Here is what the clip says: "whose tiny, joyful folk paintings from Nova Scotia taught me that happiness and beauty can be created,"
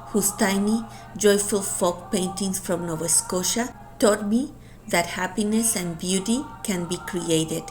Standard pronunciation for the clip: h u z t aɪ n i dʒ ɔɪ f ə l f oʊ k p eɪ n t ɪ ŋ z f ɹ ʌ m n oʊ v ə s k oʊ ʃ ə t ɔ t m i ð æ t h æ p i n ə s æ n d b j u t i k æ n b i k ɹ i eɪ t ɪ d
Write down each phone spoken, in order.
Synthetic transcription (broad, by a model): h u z t aɪ n i dʒ ɔɪ f ə l f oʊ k p eɪ n t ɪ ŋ s f ɹ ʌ m n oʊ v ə s k oʊ ʃ ə t ɔ t m i ð æ t h æ p i n ə s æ n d b j u t i k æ n b i k ɹ i eɪ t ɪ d